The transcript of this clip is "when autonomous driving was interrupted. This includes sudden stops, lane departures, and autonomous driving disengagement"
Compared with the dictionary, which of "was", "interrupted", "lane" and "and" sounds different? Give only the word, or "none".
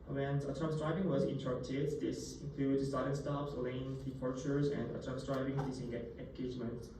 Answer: interrupted